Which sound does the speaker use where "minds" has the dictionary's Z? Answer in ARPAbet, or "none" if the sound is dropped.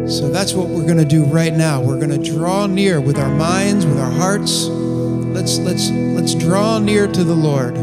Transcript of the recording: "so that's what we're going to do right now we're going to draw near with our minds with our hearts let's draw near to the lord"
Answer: Z